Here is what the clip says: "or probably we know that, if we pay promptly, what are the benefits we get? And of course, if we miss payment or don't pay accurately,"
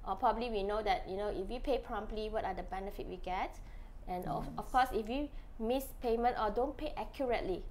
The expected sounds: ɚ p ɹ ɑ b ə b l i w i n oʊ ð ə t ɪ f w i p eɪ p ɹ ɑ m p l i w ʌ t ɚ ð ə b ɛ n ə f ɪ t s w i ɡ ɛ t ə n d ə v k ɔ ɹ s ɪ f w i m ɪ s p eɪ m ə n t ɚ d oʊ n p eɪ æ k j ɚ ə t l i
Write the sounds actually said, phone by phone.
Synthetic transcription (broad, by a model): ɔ p ɹ ɑ b ə b l i w i n oʊ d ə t ɪ f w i p eɪ p ɹ ɑ m p l i w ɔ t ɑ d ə b ɛ n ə f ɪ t w i ɡ ɛ t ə n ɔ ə f k ɔ s ɪ f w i m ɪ s p eɪ m ə n t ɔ d oʊ n p eɪ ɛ k j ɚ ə t l i